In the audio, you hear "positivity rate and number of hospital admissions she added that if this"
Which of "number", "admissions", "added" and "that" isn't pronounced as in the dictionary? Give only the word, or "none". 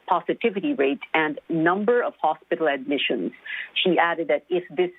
none